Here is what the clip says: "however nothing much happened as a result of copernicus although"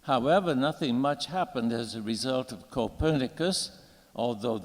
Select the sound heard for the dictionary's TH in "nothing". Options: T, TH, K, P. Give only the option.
TH